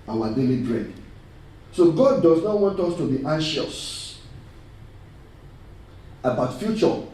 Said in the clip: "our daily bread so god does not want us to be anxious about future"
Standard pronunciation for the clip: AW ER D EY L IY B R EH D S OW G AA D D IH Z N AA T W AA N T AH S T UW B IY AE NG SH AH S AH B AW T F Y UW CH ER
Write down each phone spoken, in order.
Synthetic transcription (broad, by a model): AW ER D EY L IY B R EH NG S OW G AA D D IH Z N AA T W AA N T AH S T UW B IY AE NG SH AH S AH B AW T F Y UW CH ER